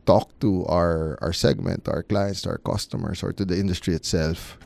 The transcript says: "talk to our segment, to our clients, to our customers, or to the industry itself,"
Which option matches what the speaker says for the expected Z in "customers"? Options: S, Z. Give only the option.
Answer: S